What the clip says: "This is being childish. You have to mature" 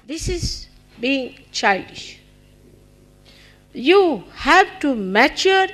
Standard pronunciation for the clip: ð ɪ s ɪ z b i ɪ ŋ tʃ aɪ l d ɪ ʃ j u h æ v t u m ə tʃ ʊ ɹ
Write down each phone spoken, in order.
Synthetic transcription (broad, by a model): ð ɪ s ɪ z b i ɪ ŋ tʃ aɪ l d ɪ ʃ j u h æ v t u m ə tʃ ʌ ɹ